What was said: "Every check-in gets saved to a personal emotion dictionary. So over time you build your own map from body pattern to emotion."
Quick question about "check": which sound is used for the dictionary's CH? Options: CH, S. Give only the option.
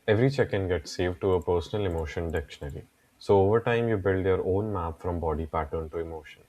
CH